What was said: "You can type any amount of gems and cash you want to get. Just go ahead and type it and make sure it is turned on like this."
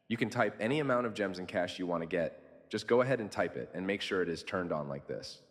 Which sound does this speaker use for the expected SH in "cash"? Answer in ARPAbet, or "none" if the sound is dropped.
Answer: SH